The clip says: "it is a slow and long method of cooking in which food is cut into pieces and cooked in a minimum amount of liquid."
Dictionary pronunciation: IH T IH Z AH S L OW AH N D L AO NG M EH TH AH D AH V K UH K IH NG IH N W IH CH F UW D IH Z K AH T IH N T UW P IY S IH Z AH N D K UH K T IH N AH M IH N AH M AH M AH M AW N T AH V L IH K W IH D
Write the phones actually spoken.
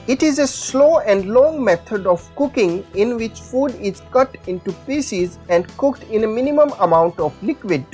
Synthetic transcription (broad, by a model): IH T IH Z AH S L OW AH N D L AO NG M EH T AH D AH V K UH K IH NG IH N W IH CH F UW D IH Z K AH T IH N T UW P IY S IH Z AH N D K UH K T IH N AH M IH N AH M AH M AH M AW N T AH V L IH K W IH D